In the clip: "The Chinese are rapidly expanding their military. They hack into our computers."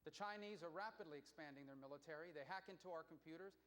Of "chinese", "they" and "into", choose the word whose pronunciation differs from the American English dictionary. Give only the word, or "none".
none